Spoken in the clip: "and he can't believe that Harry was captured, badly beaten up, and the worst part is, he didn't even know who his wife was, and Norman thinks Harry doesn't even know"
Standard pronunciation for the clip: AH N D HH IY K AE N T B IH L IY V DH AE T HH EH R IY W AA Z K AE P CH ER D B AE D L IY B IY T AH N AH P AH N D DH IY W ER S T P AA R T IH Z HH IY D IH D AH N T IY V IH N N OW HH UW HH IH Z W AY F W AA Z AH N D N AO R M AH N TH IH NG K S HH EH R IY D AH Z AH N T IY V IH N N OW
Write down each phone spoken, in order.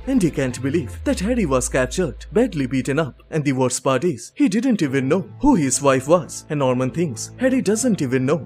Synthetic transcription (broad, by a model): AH N D HH IY K AE N T B IH L IY V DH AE T HH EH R IY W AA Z K AE P CH ER D B AE D L IY B IY T AH N AH P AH N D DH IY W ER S P AA R T IH Z HH IY D IH D AH N T IY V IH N N OW HH UW HH IH Z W AY F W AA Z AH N N AO R M AH N T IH NG S HH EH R IY D AH Z AH N T IY V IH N N OW